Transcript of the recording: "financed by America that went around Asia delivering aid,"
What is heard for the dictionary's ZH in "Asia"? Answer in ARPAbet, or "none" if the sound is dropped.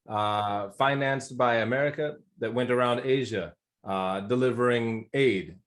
ZH